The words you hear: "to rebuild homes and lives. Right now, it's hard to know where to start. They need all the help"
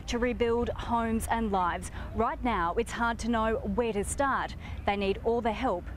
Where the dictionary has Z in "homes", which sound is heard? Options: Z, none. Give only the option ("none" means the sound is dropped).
Z